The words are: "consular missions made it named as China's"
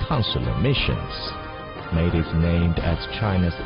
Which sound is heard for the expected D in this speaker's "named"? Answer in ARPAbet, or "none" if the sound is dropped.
D